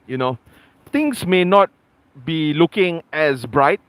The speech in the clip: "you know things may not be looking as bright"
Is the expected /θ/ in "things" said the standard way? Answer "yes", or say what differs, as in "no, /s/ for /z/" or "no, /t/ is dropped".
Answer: no, /t/ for /θ/